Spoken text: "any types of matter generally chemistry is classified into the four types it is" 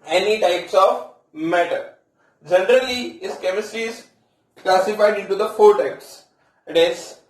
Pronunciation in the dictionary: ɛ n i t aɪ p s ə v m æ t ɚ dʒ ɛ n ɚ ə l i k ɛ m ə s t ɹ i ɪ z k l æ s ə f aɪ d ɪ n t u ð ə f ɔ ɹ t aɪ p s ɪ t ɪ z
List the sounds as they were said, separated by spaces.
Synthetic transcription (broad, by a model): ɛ n i t aɪ p s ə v m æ t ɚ dʒ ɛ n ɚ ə l i k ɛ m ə s t i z k l æ s ə f aɪ d ɪ n t u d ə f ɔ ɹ t aɪ p s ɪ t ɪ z